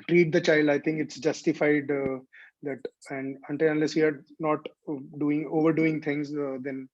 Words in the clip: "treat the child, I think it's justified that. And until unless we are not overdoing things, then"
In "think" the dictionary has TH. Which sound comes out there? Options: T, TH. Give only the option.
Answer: T